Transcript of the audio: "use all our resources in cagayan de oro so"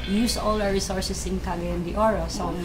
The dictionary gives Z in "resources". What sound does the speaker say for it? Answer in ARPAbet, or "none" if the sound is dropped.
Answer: S